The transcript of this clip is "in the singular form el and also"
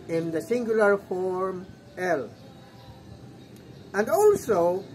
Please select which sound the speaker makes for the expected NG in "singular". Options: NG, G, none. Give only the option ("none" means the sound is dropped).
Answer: NG